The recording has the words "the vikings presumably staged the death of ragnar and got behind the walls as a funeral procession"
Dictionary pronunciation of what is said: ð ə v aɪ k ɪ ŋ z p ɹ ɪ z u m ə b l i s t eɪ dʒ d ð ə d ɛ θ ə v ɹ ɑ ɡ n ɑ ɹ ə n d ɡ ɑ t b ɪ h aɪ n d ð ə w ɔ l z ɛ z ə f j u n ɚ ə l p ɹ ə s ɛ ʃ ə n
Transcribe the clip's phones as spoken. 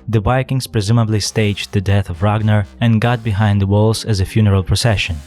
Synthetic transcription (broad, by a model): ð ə b aɪ k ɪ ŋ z p ɹ ɪ z u m ə b l i s t eɪ dʒ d ð ə d ɛ θ ə v ɹ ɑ ɡ n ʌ ɹ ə n ɡ ɑ t b ɪ h aɪ n d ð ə w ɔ l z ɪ z ə f j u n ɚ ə l p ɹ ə s ɛ ʃ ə n